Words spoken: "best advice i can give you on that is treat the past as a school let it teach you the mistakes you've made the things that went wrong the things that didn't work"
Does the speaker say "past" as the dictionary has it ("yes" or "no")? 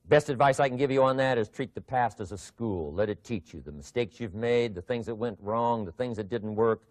yes